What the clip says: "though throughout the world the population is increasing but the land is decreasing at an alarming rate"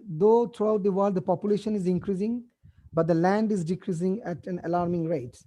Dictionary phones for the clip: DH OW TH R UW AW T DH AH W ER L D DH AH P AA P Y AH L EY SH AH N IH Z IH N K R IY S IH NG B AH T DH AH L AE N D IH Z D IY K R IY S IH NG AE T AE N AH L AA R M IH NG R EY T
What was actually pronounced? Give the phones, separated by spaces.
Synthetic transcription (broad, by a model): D OW T R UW AW T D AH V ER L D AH P AA P Y AH L EY SH AH N IH Z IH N K R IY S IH NG B AH T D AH L AE N D IH Z D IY K R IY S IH NG AE T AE N AH L AA R M IH NG R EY T